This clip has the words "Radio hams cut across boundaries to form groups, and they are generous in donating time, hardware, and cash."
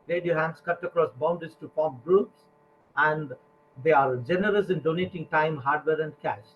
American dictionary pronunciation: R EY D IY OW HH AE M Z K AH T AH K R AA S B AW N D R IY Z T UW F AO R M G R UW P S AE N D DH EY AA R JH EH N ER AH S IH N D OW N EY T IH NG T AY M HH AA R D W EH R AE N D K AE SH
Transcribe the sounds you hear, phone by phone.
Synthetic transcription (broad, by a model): R EY D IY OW HH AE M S K AH T AH K R AA S B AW N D IY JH T UW P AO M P G R UW P S AE N D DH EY AA R JH EH N ER AH S IH N D OW N EY T IH NG T AY M HH AA R D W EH R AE N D K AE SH